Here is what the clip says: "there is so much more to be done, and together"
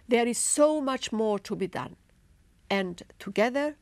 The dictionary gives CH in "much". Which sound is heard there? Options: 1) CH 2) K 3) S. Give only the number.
1